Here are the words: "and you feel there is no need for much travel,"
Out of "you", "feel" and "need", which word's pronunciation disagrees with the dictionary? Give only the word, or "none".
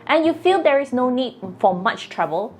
none